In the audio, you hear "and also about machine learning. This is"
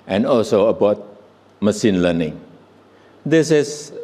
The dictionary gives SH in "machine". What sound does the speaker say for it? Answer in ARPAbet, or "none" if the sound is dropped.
S